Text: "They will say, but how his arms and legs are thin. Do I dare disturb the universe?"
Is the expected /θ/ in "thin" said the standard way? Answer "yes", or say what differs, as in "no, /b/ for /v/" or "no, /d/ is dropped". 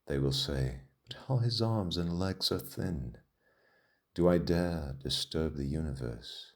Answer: yes